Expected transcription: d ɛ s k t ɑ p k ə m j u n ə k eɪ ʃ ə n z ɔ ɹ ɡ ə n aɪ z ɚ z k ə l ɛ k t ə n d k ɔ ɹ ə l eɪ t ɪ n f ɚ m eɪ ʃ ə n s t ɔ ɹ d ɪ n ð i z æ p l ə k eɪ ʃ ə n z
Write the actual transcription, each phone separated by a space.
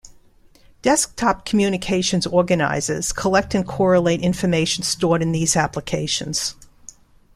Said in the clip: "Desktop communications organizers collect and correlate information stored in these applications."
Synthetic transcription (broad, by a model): d ɛ s k t ɑ p k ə m j u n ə k eɪ ʃ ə n z ɔ ɹ ɡ ə n aɪ z ɚ z k ə l ɛ k t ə n k ɔ ɹ ə l eɪ t ɪ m f ɚ m eɪ ʃ n s t ɔ ɹ d ɪ n ð i z æ p l ə k eɪ ʃ ə n z